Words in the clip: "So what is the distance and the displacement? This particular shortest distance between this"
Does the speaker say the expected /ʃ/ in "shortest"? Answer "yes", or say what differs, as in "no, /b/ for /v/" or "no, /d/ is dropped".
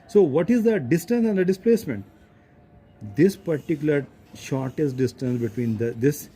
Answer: yes